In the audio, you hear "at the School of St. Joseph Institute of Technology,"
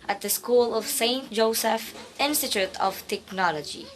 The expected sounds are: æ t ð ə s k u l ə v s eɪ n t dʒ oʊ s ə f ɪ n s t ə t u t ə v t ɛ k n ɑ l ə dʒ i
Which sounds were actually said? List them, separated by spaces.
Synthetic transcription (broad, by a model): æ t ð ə s k u l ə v s eɪ n t dʒ oʊ s ə f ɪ n s t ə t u t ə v t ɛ k n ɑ l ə dʒ i